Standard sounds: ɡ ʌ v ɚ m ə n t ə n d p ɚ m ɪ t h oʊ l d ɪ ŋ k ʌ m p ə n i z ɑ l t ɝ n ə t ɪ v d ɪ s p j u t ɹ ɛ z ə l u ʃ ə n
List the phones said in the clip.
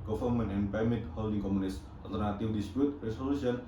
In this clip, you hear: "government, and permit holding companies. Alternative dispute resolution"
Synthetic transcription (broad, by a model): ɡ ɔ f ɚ m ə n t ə n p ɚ m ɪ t h oʊ l d ɪ ŋ k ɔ m ə n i s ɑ l t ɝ n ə t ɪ w d ɪ s p j u t ɹ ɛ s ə l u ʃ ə n